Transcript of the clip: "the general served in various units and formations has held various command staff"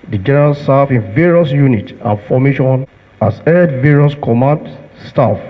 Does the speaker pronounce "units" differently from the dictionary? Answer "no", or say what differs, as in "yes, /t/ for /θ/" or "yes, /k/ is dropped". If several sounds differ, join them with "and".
yes, /s/ is dropped